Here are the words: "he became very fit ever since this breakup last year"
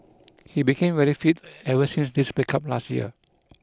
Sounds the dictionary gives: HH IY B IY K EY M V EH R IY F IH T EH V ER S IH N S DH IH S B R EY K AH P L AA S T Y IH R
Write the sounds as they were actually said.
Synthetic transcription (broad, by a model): HH IY B IY K EY M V EH R IY F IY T EH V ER S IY N S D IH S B EY K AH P L AA S T Y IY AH